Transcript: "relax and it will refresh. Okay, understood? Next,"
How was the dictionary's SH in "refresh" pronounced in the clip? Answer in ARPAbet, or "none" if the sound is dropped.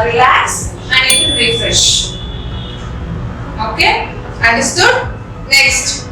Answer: SH